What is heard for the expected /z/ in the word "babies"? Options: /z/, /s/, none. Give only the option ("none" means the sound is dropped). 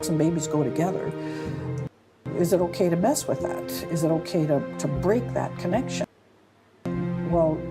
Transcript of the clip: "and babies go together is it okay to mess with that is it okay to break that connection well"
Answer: /z/